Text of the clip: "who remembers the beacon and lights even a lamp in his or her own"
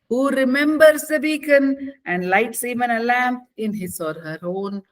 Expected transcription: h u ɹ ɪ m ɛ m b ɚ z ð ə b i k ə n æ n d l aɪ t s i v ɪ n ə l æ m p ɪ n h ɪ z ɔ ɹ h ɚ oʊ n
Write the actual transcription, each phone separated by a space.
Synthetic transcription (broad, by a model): h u ɹ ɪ m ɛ m b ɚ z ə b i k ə n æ n d l aɪ t s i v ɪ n ə l æ m p ɪ n h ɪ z ɔ ɹ h ɚ oʊ n